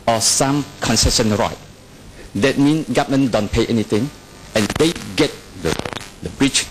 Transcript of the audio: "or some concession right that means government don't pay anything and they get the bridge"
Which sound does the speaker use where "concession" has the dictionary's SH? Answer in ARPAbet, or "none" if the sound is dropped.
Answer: S